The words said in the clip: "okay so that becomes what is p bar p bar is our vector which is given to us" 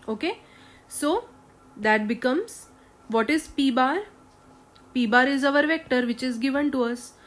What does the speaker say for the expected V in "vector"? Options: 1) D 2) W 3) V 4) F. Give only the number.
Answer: 3